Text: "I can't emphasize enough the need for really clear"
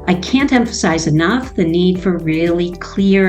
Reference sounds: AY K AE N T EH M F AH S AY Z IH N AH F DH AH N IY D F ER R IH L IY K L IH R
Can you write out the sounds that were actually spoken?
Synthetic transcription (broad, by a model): AY K AE N T EH M F AH S AY Z IH N AH F DH AH N IY D F ER R IH L IY K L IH R